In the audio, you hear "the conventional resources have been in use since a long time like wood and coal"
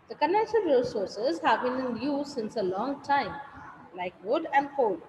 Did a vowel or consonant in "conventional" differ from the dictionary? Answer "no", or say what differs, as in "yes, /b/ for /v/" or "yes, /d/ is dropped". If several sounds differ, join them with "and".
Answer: yes, /v/ is dropped and /n/ is dropped and /n/ is dropped